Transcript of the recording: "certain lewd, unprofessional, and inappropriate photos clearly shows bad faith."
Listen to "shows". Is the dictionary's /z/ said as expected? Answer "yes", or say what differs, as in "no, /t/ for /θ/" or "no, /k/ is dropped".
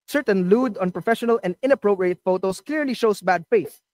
no, /s/ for /z/